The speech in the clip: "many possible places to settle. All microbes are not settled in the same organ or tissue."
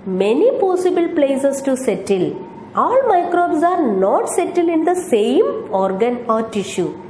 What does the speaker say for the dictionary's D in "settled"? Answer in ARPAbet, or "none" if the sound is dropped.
none